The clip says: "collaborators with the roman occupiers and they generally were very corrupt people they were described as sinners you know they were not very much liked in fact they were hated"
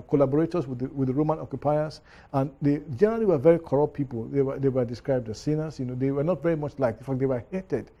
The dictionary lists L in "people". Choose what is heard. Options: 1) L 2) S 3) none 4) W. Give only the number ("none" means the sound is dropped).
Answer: 4